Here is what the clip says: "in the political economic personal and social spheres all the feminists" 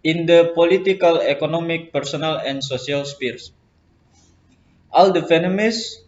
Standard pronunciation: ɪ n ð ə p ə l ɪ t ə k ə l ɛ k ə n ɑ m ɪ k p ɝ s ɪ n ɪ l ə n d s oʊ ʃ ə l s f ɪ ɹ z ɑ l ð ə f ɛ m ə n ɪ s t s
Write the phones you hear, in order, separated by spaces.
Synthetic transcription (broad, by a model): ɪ n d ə p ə l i t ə k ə l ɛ k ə n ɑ m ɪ k p ɝ s ɪ n ɪ l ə n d s oʊ s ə l s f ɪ ɹ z ɑ l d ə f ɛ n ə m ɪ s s